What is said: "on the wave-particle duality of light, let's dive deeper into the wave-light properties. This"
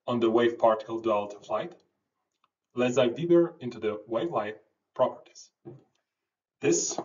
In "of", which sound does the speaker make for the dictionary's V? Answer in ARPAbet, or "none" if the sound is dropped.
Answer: F